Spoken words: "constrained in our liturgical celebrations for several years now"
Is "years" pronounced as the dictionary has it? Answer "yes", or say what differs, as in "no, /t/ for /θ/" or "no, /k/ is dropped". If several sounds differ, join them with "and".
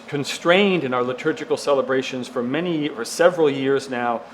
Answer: yes